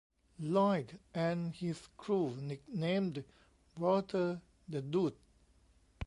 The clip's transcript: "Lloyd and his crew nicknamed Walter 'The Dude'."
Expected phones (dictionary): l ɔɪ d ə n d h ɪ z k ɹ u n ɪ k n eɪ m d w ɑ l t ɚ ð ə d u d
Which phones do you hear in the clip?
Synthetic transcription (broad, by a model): l ɔɪ d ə n h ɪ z k ɹ u n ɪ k n eɪ m d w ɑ t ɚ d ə d u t